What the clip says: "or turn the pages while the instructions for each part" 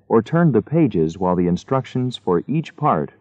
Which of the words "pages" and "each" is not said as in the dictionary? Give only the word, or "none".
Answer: none